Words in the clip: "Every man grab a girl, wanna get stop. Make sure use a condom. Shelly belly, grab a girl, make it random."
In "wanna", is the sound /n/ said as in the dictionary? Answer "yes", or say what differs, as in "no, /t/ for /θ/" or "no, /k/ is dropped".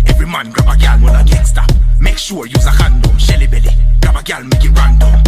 no, /l/ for /n/